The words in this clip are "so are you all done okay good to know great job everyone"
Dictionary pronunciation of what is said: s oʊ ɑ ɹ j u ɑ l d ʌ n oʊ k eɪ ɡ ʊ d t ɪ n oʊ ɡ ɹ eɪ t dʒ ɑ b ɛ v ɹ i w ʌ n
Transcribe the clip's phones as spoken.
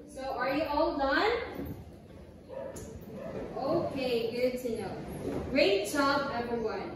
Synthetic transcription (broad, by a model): s oʊ ɑ ɹ j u ɑ l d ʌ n oʊ k eɪ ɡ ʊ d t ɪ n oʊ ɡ ɹ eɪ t tʃ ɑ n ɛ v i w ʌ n